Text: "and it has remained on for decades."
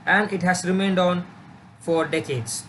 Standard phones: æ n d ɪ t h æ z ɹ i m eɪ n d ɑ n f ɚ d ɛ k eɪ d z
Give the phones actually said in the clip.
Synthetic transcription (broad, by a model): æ n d ɪ t h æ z ɹ i m eɪ n d ɑ n f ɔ d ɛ k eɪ d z